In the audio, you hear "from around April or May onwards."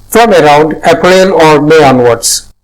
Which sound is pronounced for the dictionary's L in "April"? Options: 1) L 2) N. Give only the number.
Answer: 2